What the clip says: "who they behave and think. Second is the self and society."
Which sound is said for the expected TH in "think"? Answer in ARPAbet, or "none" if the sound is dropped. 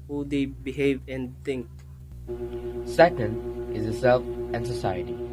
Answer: T